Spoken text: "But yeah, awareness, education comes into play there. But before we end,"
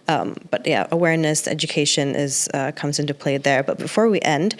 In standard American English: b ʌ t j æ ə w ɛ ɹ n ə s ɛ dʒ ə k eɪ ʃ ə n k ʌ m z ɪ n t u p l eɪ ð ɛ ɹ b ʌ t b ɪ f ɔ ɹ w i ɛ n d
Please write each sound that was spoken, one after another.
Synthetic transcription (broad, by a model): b ʌ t j æ ə w ɛ ɹ n ə s ɛ dʒ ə k eɪ ʃ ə n k ʌ m z ɪ n t u p l eɪ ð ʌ ɹ b ʌ t b ɪ f ɔ ɹ w i ɛ n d